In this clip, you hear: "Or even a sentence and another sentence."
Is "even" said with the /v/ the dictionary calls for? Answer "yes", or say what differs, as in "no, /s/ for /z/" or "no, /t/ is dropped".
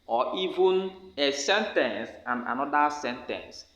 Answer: yes